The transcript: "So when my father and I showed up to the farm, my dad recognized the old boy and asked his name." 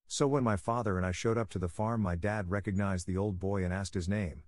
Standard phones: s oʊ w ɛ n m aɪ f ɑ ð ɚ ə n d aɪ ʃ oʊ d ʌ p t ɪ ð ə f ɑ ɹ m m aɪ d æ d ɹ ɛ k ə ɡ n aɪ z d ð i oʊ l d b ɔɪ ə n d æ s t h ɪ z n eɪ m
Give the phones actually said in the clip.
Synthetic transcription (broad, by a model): s oʊ w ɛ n m aɪ f ɑ ð ɚ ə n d aɪ ʃ oʊ d ʌ p t ɪ ð ə f ɑ ɹ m m aɪ d æ d ɹ ɛ k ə ɡ n aɪ z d ð i oʊ l d b ɔɪ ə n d æ s t h ɪ z n eɪ m